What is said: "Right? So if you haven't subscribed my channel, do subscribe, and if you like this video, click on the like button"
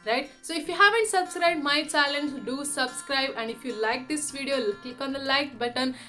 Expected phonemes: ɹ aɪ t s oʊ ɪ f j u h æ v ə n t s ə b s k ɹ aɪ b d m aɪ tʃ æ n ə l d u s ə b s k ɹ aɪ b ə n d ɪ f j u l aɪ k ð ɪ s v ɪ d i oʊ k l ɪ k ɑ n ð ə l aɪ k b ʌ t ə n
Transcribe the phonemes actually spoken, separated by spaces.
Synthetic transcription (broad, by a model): ɹ aɪ t s oʊ ɪ f j u h æ v ə n t s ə b s k ɹ aɪ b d m aɪ tʃ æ l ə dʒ d u s ə b s k ɹ aɪ b ə n d ɪ f j u l aɪ k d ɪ s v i d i oʊ k l ɪ k ɑ n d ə l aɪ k b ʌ t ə n